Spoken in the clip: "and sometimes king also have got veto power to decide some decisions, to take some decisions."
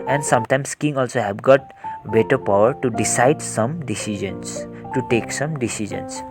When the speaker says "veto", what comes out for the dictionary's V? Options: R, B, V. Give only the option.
B